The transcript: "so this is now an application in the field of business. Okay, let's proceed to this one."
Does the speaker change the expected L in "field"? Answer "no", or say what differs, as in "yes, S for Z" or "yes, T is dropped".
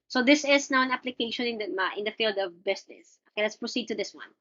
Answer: no